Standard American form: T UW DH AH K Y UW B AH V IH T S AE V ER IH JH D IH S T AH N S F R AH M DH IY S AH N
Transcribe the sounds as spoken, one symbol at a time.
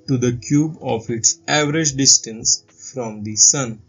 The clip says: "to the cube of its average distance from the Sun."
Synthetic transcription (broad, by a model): T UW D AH K Y UW B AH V IH T S AE V ER IH JH D IH S T AH N S F R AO M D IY S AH N